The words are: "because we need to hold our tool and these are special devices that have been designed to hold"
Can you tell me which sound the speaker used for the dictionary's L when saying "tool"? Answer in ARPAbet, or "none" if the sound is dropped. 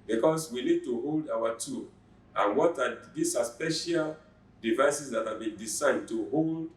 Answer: W